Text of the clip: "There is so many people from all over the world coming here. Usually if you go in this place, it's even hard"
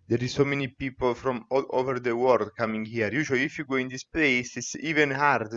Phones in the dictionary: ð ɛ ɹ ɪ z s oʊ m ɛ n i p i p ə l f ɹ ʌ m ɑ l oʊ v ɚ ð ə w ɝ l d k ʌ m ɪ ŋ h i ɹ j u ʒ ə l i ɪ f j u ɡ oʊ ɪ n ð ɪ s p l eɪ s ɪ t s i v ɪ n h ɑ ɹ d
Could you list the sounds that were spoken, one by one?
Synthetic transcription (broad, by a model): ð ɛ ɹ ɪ s oʊ m ɛ n i p i p ə l f ɹ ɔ m ɑ l oʊ v ɚ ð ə w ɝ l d k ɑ m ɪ ŋ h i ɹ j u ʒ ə i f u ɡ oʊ ɪ n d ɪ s p l eɪ s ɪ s i v ɪ n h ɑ ɹ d